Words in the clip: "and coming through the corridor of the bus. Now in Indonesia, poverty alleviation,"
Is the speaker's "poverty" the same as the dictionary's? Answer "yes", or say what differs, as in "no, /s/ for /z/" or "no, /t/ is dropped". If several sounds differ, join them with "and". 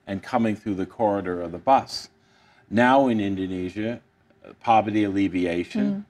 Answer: yes